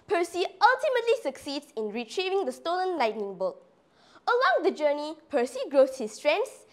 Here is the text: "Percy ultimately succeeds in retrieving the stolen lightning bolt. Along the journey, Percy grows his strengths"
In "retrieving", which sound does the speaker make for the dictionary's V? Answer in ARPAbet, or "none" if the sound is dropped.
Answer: V